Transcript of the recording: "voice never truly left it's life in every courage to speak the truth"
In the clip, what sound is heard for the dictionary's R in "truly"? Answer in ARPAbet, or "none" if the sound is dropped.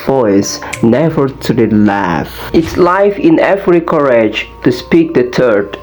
none